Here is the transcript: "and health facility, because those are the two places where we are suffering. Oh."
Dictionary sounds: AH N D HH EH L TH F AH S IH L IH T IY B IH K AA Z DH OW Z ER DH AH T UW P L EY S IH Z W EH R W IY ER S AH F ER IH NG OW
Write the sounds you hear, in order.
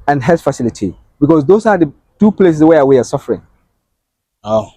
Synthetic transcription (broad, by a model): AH N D HH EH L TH F AH S IH L IH T IY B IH K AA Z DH OW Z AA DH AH T UW P L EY S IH S W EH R W IY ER S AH F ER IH NG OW